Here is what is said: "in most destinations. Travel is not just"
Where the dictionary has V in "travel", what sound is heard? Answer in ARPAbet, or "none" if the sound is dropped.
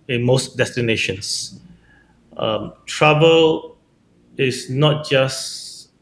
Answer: B